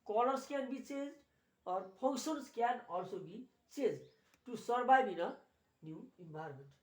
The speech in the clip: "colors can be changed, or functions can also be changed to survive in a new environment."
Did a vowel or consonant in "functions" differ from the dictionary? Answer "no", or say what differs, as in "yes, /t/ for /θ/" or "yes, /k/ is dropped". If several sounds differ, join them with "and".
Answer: yes, /p/ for /f/ and /s/ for /z/